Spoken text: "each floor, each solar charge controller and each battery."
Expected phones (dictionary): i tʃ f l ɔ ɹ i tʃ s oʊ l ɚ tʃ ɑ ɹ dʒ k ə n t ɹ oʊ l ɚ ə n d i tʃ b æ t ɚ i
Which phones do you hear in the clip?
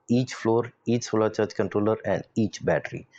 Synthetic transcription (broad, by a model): i tʃ f l ɔ ɹ i tʃ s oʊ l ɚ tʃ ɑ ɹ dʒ k ə n t ɹ oʊ l ɚ ə n d i tʃ b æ t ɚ i